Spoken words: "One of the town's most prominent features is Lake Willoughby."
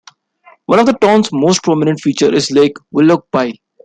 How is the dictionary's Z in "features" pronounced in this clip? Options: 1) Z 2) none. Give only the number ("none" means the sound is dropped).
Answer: 2